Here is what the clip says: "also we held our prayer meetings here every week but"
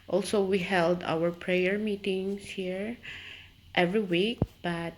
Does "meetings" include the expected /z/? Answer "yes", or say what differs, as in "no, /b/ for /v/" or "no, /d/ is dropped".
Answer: no, /s/ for /z/